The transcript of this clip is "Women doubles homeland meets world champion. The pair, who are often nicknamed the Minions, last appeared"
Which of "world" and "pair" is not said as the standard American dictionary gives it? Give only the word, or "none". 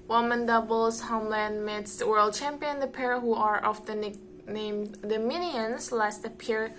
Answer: none